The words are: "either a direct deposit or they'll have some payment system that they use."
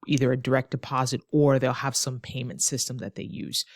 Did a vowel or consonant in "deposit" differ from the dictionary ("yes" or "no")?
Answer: no